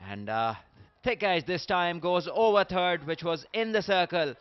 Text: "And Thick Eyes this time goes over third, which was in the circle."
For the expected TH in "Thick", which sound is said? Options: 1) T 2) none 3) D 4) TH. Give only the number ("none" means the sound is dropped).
1